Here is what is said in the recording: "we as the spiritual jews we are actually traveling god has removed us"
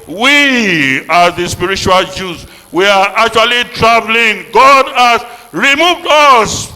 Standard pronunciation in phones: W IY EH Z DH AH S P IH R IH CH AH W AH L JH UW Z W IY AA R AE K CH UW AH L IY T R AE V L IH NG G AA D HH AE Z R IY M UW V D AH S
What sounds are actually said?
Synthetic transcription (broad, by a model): W IY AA DH AH S P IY R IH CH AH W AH L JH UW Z W IY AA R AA K CH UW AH L IY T R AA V L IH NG G AA D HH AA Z R IY M UW V D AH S